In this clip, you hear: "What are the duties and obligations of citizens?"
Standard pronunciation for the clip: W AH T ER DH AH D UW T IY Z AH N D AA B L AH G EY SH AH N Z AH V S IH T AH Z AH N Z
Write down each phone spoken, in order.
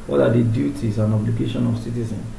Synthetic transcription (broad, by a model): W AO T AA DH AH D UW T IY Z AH N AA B L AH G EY SH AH N AH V S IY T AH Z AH N